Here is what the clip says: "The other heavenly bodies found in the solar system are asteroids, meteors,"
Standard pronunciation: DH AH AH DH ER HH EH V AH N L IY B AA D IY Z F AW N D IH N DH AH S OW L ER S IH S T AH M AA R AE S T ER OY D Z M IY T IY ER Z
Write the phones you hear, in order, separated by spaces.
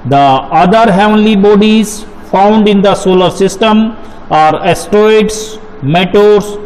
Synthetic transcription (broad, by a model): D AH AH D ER HH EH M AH L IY B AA D IY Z F AW N D IH N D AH S OW L ER S IH S T AH M AA R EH S T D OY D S M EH T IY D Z